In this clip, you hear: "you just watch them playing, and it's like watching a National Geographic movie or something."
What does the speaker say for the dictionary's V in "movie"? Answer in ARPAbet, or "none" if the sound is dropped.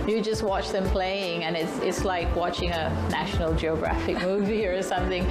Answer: V